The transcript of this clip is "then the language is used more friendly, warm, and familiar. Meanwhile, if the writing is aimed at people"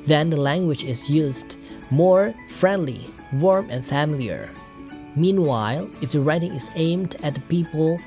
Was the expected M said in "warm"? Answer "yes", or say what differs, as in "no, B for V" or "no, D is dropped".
yes